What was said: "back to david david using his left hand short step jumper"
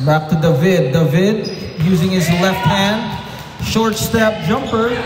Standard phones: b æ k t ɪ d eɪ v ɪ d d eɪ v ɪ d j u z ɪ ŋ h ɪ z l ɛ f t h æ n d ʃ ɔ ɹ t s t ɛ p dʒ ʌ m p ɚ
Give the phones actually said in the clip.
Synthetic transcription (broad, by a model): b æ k t ɪ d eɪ v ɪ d d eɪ v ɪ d j u z ɪ ŋ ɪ z l ɛ f t h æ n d ʃ ɔ ɹ t s t ɛ p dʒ ʌ m p ɚ